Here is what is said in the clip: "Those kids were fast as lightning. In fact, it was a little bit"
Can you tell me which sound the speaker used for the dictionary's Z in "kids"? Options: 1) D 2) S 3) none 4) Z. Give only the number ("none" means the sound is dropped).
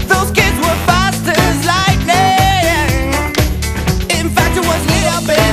4